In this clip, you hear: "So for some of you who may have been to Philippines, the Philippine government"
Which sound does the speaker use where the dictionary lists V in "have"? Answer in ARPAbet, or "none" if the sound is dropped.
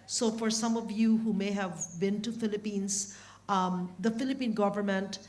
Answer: V